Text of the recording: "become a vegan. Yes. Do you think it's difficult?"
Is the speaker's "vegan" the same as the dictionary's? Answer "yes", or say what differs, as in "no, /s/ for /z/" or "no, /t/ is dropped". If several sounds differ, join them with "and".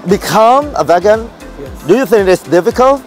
yes